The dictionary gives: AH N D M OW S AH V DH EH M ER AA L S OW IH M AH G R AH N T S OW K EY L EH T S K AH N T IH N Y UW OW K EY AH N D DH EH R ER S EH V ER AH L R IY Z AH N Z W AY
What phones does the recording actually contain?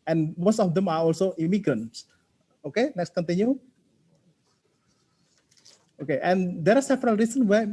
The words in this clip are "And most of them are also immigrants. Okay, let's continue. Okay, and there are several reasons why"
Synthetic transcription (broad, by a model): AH N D M OW S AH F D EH M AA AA L S OW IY M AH G R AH N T S OW K EY N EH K S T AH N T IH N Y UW OW K EY AH N D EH R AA S EH V ER AH L R IY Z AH N W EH